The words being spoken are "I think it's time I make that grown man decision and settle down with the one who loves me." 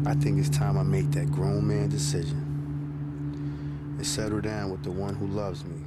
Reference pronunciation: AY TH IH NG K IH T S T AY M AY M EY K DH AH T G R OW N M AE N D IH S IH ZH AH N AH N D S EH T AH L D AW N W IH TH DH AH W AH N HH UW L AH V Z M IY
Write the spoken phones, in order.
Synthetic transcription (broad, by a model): AY TH IH NG K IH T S T AY M AY M EY K DH AH T G R OW N M AE N D IH S IH ZH AH N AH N S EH T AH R D AW N W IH DH AH W AH N HH UW L AH V Z M IY